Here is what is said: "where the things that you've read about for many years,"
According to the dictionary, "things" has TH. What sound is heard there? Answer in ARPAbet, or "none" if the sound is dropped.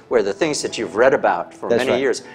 TH